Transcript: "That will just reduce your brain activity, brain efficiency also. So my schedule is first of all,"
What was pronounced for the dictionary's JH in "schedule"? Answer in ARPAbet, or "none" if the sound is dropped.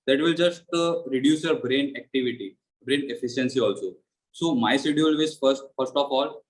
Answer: none